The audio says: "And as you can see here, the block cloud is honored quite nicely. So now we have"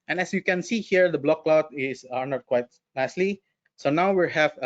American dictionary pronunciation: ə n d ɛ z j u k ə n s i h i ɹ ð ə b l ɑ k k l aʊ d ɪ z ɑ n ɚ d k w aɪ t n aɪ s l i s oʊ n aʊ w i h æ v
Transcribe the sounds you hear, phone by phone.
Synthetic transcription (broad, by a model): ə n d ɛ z j u k ə n s i h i ɹ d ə b l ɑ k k l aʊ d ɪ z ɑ n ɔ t k w aɪ t n aɪ s l i s oʊ n aʊ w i h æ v